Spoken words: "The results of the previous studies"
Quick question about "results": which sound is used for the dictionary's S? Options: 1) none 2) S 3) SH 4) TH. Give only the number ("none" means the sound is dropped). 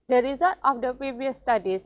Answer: 1